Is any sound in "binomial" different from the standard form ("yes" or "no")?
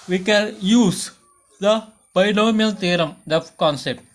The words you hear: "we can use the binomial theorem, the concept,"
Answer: yes